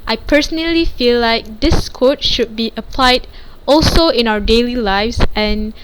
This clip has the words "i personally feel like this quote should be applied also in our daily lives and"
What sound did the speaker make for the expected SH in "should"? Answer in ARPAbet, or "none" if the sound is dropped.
SH